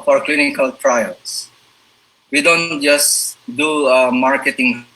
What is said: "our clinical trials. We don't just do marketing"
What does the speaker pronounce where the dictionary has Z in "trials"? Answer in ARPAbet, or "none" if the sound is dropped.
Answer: S